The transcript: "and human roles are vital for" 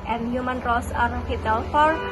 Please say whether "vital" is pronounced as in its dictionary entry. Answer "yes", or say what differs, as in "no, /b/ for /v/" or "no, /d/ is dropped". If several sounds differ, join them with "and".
no, /f/ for /v/